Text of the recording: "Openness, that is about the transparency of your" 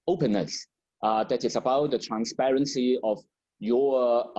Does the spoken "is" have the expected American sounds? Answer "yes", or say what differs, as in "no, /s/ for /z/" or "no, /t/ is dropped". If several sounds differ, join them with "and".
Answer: no, /s/ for /z/